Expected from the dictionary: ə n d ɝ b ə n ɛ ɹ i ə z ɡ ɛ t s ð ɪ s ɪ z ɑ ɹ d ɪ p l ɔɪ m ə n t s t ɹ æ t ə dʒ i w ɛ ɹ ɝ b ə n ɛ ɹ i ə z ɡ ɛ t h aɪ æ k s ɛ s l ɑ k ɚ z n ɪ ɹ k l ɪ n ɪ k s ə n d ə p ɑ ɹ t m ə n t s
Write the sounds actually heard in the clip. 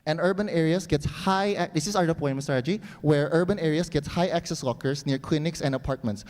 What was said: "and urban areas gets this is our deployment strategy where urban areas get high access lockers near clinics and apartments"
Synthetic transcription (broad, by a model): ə n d ɝ b ə n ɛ ɹ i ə s ɡ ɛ t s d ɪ s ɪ s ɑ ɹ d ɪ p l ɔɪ ə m s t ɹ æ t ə dʒ i w ɛ ɹ ɝ b ə n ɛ ɹ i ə s ɡ ɛ t h aɪ æ k s ɛ s w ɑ k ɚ s n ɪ ɹ k l ɪ n ɪ k s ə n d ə p ɑ ɹ t m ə n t s